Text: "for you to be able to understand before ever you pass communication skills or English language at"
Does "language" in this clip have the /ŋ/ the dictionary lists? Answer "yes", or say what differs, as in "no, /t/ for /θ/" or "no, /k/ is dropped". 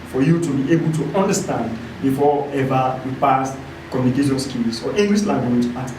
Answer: no, /ŋ/ is dropped